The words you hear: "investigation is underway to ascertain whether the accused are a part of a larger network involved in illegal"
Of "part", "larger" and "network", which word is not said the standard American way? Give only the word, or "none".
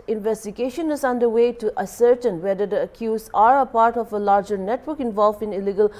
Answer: none